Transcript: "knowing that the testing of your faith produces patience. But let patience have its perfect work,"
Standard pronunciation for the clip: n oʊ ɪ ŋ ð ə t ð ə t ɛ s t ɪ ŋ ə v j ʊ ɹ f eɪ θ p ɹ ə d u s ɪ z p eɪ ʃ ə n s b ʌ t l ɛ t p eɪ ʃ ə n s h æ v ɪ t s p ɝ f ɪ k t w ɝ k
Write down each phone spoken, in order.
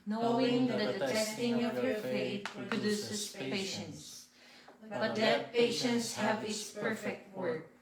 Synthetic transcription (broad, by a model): n oʊ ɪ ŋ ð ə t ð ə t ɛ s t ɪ ŋ ə v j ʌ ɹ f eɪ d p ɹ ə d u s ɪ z p eɪ ʃ ə n s b ʌ t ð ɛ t p eɪ ʃ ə n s h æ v ɪ t s p ɝ f ɪ k t w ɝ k